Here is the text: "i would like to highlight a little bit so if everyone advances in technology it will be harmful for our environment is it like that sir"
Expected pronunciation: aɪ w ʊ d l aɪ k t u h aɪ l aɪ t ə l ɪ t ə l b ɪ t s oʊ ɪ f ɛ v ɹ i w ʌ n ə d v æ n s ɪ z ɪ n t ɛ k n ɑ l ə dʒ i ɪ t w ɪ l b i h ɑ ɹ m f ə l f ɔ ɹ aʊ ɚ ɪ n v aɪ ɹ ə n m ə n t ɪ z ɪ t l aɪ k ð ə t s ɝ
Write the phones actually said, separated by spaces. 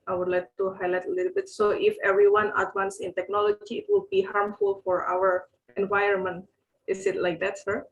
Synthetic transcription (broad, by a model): aɪ w ʊ d l aɪ k t u h aɪ l aɪ t ə l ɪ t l b ɪ t s oʊ ɪ f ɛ v ɹ i w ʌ n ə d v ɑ n s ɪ ɪ n t ɛ k n ɑ l ə dʒ i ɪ t w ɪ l b i h ɑ ɹ m f ə l f ɔ ɹ aʊ ɚ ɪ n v aɪ ə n m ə n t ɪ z ɪ t l aɪ k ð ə t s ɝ